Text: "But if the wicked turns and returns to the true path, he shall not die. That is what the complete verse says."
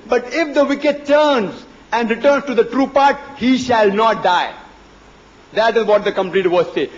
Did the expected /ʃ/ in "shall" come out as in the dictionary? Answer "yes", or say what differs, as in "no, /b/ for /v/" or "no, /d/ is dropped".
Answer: yes